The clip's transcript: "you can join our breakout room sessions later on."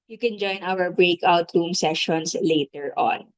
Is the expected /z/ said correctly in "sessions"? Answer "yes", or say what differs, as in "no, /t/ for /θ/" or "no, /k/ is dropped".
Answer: no, /s/ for /z/